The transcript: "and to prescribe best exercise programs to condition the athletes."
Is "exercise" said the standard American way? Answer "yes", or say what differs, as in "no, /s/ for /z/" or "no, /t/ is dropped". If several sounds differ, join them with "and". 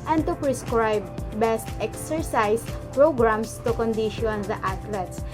no, /s/ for /z/